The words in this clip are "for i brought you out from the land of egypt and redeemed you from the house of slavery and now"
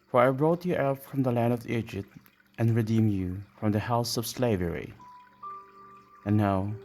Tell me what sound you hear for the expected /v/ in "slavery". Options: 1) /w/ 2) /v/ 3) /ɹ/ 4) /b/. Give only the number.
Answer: 2